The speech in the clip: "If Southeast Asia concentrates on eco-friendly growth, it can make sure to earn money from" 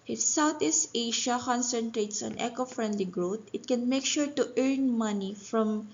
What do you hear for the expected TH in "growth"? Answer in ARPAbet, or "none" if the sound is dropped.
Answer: T